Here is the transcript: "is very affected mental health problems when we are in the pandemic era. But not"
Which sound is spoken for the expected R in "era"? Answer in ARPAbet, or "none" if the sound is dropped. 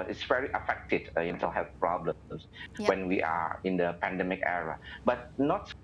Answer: R